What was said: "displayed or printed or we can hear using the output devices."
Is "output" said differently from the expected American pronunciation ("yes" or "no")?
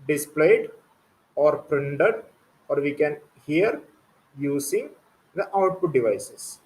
no